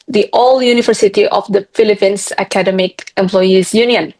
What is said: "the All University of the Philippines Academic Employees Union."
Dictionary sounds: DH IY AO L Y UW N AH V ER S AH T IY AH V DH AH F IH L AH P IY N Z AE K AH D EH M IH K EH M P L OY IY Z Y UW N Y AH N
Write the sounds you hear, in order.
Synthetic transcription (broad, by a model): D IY AO L Y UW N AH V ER S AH T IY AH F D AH F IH L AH P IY N S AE K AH D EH M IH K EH M P L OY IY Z Y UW N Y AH N